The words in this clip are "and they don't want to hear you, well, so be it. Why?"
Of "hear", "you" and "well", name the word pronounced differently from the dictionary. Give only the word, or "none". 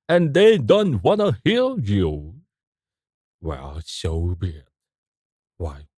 hear